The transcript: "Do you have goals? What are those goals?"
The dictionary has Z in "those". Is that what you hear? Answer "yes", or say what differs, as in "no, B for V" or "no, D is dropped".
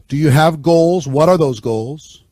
yes